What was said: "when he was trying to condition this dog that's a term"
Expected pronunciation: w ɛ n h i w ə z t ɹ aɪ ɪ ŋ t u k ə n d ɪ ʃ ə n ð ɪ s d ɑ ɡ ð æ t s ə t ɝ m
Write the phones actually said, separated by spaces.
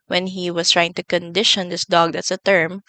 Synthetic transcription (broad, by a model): w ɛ n h i w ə s t ɹ aɪ ɪ ŋ t u k ə n d ɪ ʃ ə n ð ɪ s d ɑ ɡ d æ t s ə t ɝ m